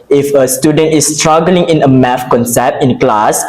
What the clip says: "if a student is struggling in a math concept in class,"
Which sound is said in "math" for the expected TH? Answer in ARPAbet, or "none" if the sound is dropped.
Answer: F